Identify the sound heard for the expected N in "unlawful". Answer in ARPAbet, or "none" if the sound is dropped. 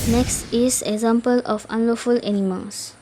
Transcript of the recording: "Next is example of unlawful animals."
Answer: N